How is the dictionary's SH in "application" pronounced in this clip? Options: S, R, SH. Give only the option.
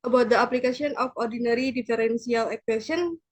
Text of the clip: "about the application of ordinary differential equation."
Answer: S